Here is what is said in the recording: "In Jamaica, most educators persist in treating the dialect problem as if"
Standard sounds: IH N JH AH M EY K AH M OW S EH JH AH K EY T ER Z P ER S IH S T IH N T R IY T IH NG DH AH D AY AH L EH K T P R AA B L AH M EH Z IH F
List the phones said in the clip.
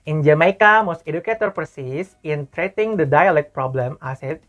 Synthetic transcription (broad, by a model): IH N JH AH M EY K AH M OW S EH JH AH K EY T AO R P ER S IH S IH N T R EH T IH NG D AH D AY AH L EH K T P R AA B L AH M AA S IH